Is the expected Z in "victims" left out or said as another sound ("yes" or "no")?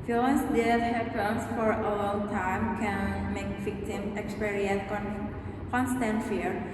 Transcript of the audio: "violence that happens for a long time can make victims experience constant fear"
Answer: yes